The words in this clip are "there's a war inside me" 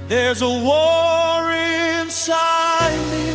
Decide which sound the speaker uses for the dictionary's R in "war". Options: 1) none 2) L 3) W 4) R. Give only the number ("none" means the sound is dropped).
4